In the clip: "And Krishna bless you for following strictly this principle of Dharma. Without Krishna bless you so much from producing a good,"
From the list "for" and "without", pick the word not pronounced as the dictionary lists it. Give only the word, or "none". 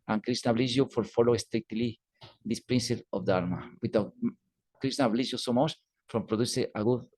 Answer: without